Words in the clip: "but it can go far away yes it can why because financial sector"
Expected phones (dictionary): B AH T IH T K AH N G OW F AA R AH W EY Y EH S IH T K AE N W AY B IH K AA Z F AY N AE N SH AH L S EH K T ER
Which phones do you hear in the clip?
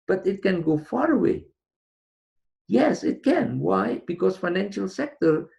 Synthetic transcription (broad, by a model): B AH T IH T K AH N G OW F AA R AH W EY Y EH S IH T K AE N W AY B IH K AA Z F AY N AE N SH AH L S EH K T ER